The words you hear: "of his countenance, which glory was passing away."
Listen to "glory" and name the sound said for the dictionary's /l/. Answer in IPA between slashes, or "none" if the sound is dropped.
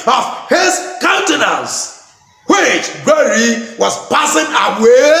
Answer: none